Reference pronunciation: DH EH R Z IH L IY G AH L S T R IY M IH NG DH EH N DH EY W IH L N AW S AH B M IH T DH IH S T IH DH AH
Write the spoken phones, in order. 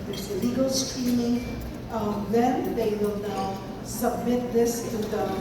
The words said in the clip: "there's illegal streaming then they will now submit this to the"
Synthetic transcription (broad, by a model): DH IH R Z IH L IY G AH L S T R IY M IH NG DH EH N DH EY W IH L N AW S AH B M IH T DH IH S T IH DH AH